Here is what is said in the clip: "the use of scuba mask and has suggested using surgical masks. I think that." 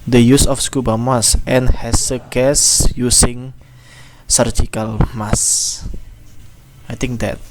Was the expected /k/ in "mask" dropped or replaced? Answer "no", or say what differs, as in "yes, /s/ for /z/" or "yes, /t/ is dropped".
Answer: yes, /k/ is dropped